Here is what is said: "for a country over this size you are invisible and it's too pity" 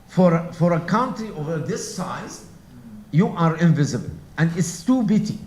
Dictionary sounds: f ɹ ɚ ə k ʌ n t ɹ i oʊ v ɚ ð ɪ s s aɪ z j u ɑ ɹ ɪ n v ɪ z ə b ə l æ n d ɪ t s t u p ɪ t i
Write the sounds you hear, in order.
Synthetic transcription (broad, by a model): f ɹ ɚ ə k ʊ n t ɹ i oʊ v ɚ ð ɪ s s aɪ z j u ɑ ɹ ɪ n v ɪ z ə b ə l æ n d ɪ t s t u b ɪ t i